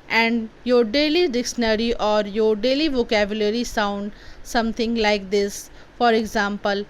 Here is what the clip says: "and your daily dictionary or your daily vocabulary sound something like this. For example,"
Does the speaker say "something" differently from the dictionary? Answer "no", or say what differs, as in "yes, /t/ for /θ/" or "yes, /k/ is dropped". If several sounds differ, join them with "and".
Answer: yes, /t/ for /θ/